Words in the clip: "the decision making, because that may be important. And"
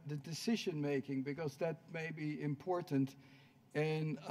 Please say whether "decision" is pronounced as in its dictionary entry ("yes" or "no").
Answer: yes